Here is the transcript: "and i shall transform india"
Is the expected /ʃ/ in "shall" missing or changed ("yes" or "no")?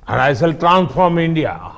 yes